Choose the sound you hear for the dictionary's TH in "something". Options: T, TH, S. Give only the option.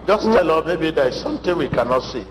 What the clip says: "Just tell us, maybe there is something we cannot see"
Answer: T